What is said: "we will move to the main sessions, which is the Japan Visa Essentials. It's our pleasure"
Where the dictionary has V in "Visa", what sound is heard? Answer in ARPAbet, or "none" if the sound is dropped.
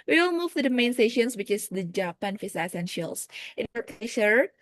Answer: F